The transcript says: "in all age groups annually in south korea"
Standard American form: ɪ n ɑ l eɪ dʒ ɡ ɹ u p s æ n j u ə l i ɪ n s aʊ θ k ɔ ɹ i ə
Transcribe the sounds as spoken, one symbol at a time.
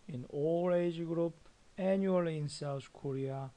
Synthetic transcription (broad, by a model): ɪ n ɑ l eɪ dʒ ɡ ɹ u p æ n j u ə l i n s aʊ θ k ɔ ɹ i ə